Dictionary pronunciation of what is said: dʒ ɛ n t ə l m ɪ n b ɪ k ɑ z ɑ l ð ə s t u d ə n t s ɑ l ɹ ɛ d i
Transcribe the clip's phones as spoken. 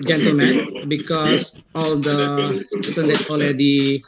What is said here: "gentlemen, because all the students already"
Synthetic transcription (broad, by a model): dʒ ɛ n t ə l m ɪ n b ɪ k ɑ s ɑ l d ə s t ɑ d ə t ɑ l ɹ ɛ d i